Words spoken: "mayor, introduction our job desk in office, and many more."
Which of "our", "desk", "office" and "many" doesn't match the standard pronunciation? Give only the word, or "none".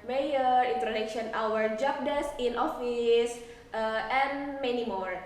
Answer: desk